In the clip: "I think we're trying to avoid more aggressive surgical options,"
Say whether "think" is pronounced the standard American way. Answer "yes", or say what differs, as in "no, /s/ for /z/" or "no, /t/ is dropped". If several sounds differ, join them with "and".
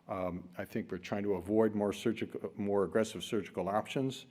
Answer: yes